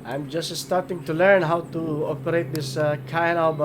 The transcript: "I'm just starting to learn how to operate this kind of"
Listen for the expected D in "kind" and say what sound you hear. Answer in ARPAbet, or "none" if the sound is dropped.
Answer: none